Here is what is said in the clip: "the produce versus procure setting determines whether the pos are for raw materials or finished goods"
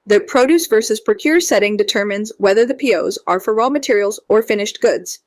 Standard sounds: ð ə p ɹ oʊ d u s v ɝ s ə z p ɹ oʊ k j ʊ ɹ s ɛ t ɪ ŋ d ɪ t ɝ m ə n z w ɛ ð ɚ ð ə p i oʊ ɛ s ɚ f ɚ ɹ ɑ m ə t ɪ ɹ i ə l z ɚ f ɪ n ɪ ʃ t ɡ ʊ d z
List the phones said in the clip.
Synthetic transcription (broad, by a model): ð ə p ɹ oʊ d u s v ɝ s ə z p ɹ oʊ k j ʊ ɹ s ɛ t ɪ ŋ d ɪ t ɝ m ə n z w ɛ ð ɚ ð ə p i oʊ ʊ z ɚ f ɚ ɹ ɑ m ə t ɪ ɹ i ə l z ɚ f ɪ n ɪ ʃ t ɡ ʊ d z